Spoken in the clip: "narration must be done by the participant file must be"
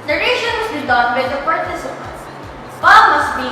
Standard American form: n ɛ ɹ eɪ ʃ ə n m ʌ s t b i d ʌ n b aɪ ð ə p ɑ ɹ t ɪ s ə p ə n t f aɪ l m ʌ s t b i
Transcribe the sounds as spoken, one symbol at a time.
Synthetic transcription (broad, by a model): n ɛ ɹ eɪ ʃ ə n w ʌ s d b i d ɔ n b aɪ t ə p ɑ ɹ t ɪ s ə p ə n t p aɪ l m ʌ s t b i